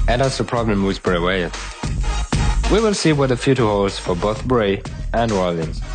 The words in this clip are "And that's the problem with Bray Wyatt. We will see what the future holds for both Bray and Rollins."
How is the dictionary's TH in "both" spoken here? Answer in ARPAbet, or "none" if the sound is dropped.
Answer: TH